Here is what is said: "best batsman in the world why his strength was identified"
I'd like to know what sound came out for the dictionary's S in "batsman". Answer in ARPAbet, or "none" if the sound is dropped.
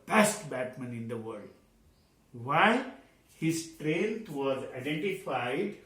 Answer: none